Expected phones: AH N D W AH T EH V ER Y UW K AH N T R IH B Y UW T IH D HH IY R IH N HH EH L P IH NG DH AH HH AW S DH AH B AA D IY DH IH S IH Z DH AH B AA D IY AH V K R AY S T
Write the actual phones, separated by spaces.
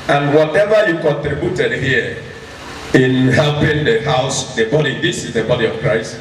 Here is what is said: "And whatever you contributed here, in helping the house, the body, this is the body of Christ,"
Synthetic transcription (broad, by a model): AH N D W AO T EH V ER Y UW K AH N T R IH B Y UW T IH D HH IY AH IH N HH EH L P IH NG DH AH HH AW S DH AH B AA D IY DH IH S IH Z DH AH B AA D IY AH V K R AY S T